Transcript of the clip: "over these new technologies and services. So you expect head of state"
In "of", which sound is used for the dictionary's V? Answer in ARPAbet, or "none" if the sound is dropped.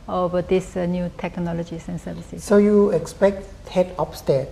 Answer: P